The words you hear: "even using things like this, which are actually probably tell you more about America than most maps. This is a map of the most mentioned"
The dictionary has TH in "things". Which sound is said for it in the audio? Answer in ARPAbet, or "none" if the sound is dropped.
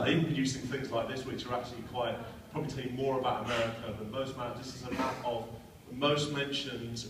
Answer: TH